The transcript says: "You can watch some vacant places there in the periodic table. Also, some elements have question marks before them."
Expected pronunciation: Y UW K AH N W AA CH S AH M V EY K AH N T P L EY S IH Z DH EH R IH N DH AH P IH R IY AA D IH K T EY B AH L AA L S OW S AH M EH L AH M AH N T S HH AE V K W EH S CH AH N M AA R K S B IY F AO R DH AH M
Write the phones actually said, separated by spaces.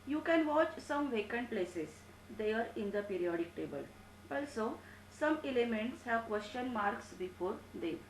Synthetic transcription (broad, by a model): Y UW K AH N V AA CH S AH M V EY K AH N T P L EY S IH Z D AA R IH N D AH P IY R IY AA D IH K T EY B AH L AA L S OW S AH M EH L AH M AH N T S HH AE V K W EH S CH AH N M AA R K S B IY F AO R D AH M